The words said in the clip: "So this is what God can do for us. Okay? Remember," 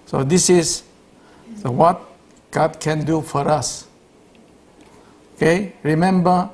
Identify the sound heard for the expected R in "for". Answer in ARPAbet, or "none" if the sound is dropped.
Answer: R